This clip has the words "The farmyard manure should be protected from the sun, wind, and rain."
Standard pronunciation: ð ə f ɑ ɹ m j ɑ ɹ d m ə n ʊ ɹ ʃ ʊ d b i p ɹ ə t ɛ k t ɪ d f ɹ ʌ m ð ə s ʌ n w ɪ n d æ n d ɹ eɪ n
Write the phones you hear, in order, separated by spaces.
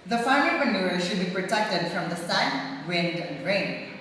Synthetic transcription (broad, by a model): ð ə f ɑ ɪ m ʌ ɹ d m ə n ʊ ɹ ʃ ʊ d b i p ɹ ə t ɛ k t ɪ d f ɹ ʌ m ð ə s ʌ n w ɪ n d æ n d ɹ eɪ n